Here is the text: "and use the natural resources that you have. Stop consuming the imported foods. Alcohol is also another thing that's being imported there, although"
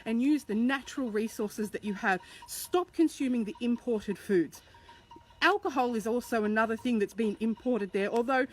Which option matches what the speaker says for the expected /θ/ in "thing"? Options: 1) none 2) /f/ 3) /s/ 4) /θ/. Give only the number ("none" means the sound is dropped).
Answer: 4